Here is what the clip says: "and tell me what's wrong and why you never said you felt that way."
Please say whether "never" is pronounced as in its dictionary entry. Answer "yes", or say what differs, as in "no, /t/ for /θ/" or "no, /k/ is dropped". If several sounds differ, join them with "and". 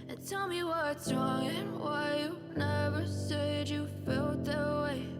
yes